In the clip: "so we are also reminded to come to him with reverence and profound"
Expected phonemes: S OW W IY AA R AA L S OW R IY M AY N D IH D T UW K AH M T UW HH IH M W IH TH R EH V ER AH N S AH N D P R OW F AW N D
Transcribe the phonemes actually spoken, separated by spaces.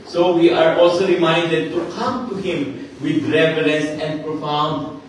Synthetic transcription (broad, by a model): S OW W IY AA R AA L S OW R IY M AY N D IH D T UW K AH M T UW HH IH M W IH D R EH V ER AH L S AH N D P R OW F AW N D